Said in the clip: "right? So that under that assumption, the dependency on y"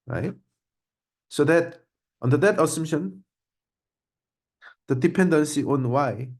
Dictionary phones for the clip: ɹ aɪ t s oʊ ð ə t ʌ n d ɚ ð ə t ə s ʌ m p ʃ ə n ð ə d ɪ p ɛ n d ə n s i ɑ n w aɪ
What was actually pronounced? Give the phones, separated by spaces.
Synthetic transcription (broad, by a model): ɹ aɪ t s oʊ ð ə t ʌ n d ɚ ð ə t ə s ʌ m ʃ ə n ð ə d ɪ p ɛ n d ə n s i ɑ n w aɪ